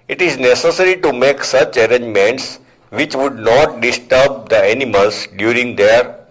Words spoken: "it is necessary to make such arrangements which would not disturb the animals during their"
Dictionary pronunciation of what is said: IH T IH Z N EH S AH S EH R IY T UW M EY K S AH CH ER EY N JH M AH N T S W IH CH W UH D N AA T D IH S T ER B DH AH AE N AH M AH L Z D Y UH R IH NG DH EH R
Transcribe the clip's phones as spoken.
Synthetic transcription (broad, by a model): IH T IH Z N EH S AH S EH R IY T UW M EY K S AH CH ER EY N JH M AH N T S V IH CH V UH D N AA T D IH S T ER B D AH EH N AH M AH L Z D Y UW R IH NG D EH R